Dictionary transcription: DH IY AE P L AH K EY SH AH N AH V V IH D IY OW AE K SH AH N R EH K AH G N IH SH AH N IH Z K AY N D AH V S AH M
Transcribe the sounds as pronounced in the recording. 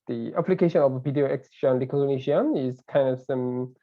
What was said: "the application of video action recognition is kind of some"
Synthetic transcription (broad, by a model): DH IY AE P L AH K EY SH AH N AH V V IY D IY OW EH K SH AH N L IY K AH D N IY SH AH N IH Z K AY N D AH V S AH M